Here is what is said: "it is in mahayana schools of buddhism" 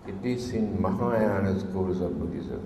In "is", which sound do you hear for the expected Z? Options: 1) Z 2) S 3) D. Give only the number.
2